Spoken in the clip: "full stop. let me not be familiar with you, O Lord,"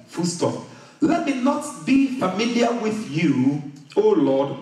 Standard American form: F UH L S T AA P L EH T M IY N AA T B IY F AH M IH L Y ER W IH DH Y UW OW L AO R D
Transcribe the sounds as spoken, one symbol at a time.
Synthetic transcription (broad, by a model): F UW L S T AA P L EH T M IY N AA T B IY F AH M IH L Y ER W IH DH Y UW OW L AO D